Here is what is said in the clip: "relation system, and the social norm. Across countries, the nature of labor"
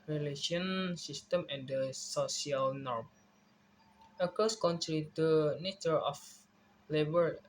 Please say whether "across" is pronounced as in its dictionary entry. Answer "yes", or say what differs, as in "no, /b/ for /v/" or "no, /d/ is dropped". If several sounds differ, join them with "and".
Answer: no, /ɹ/ is dropped